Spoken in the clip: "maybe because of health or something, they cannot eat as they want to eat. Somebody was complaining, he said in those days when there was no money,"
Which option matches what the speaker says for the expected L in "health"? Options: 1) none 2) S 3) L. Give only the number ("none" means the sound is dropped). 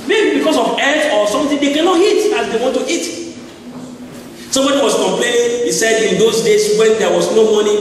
1